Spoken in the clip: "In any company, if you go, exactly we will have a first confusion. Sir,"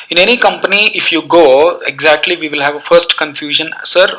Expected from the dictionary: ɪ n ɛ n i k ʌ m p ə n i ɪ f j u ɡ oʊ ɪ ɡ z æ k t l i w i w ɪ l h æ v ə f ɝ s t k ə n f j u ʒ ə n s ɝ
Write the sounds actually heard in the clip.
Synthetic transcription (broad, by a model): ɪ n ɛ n i k ʌ m p ə n i ɪ f j u ɡ oʊ ɪ ɡ z æ k t l i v i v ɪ l h æ v ə f ɝ s t k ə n f j u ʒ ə n s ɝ